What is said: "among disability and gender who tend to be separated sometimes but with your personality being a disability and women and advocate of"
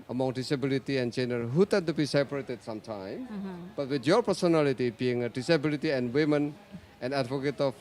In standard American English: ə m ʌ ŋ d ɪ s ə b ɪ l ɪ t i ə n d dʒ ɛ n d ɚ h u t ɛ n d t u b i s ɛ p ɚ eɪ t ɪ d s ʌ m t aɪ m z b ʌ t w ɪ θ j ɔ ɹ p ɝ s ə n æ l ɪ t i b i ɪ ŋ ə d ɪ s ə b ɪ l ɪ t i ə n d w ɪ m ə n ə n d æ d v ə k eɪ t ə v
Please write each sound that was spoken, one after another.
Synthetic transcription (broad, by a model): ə m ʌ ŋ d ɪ s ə b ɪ l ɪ t i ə n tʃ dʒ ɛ n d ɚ h u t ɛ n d t u b i s ɛ p ɚ eɪ t ɪ d s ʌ m t aɪ m b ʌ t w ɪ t j ɔ ɹ p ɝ s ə n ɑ l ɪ t i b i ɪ ŋ ə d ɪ s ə b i l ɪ t i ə n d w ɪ m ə n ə n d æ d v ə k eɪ t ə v